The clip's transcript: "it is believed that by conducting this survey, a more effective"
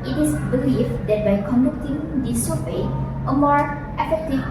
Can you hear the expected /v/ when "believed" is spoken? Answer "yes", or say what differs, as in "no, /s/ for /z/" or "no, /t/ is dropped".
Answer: no, /f/ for /v/